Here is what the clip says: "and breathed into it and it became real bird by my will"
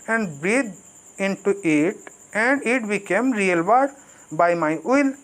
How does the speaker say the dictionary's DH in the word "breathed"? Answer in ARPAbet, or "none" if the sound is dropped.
none